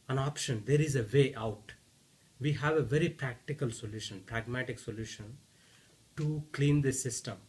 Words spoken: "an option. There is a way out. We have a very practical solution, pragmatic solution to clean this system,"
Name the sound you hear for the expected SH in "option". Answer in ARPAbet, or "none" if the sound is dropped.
SH